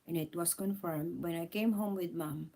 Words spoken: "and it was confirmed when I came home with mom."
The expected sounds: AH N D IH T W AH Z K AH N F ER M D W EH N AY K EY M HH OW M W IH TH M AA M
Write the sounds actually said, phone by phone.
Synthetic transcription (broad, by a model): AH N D IH T W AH S K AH N F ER M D W EH N AY K EY M HH OW M W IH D M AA M